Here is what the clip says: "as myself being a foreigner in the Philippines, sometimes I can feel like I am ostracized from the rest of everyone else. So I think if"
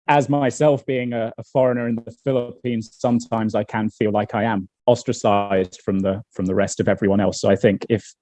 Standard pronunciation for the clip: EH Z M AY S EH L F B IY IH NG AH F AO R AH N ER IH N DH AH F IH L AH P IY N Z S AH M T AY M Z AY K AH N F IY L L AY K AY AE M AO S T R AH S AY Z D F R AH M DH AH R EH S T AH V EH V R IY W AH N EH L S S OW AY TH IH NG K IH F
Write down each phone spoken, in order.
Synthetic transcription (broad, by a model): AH Z M AY S EH L F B IY IH NG AH F AO R AH N ER IH N DH AH F IH L AH P IY N Z S AH M T AY M Z AY K AH N F IY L L AY K AY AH M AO S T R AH S AY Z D F R AH M DH AH R EH S T AH V EH V R IY W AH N EH L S S OW AY TH IH NG K IH F